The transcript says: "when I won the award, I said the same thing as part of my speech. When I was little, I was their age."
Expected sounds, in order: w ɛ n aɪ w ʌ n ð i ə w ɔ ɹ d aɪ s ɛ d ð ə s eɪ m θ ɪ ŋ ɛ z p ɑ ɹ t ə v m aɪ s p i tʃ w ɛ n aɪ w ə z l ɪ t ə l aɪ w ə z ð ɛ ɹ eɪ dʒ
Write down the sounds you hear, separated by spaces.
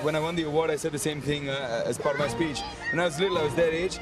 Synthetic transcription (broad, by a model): w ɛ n aɪ w ʌ n ð i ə w ɔ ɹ d aɪ s ɛ d ð ə s eɪ m θ ɪ ŋ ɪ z p ɑ ɹ t ə v m aɪ s p i tʃ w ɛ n aɪ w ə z l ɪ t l aɪ w ə z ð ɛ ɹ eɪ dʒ